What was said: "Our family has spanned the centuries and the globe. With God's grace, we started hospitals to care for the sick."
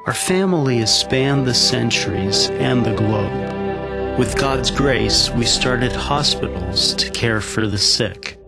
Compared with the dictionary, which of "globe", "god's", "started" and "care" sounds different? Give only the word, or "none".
none